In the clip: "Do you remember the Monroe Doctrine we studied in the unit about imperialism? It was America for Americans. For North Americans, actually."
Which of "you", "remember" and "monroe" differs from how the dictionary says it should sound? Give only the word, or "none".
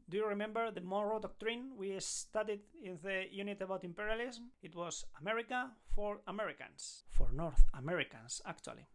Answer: monroe